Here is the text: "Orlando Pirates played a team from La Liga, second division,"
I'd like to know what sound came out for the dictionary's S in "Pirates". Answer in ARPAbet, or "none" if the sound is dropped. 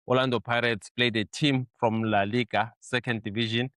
S